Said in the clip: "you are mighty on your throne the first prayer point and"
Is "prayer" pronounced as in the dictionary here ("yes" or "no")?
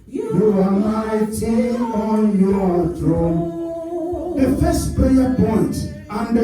no